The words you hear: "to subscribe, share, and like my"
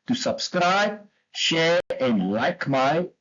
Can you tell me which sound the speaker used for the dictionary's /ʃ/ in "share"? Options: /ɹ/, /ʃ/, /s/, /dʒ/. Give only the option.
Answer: /ʃ/